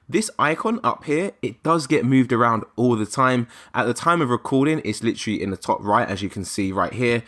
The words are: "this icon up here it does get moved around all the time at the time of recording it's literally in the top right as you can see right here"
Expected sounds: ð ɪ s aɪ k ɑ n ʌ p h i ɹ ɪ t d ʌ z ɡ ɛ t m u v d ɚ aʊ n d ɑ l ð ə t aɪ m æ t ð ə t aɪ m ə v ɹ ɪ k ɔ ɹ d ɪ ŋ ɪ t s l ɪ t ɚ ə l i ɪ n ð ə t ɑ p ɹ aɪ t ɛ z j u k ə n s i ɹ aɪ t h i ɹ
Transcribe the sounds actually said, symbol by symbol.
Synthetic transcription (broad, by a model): ð ɪ s aɪ k ɑ n ʌ p h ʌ ɹ ɪ t d ʌ z ɡ ɛ t m u v d ɚ aʊ n d ɑ l ð ə t aɪ m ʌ t ð ə t aɪ m ə v ɹ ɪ k ɔ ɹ d ɪ ŋ ɪ t s l ɪ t ɚ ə l i ɪ n ð ə t ɑ p ɹ aɪ t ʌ z j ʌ k ə n s i ɹ aɪ t h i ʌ